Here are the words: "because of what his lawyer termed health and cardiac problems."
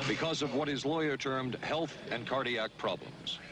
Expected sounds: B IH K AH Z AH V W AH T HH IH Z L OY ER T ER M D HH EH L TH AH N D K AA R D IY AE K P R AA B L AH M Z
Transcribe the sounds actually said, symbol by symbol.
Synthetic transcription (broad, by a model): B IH K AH Z AH V W AH T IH Z L OY ER T ER M D HH EH L TH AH N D K AA R D IY AE K P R AA B L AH M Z